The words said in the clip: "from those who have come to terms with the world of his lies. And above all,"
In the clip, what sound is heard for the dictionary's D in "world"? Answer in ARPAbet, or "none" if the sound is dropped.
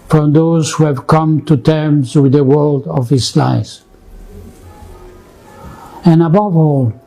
D